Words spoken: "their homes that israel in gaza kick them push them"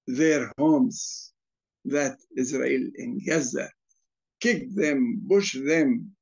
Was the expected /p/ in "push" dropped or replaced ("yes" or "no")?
yes